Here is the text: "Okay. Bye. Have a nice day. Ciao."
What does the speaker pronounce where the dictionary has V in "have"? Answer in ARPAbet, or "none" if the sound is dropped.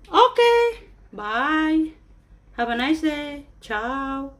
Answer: B